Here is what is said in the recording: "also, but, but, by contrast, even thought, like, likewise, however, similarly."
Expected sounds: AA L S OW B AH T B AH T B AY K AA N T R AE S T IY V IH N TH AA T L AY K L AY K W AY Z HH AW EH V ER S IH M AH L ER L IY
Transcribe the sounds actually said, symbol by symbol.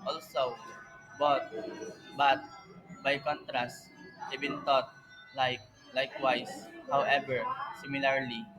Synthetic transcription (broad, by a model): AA L S OW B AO T B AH T B AY K AA N T R AE S T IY B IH N T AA T L AY K L AY K W AY S HH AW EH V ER S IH M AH L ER L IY